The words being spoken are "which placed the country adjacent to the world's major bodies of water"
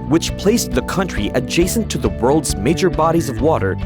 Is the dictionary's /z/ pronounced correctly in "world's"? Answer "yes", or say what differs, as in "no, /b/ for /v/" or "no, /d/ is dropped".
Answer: yes